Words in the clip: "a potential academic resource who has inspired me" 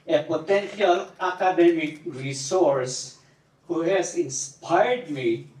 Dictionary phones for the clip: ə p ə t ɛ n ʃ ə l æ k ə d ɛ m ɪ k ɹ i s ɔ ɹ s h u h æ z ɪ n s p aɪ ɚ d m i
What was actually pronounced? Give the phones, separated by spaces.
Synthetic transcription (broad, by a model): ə p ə t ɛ n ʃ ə l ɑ k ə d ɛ m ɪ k ɹ i s ɔ ɹ s h u h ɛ s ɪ n s p aɪ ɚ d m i